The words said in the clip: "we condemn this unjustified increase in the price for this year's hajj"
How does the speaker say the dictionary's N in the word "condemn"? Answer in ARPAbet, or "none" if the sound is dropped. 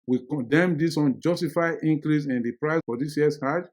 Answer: N